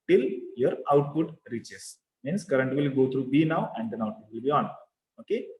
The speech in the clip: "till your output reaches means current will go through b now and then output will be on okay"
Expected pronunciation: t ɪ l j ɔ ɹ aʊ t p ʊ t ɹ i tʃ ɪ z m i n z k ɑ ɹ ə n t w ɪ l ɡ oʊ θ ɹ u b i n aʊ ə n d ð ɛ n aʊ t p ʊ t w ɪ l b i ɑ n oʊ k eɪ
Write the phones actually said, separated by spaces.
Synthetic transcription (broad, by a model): t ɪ l j ɔ ɹ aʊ t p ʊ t ɹ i tʃ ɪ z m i n s k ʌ ɹ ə n t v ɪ l ɡ oʊ t ɹ u b i n aʊ ə n d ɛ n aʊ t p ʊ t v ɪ l b i ɑ n oʊ k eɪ